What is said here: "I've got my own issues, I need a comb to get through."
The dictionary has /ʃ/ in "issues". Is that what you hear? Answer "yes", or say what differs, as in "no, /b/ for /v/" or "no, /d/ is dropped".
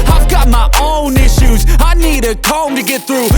yes